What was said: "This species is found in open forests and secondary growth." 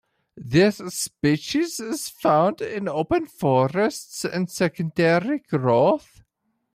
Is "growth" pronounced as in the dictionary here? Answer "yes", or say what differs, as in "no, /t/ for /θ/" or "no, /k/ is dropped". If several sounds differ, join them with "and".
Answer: yes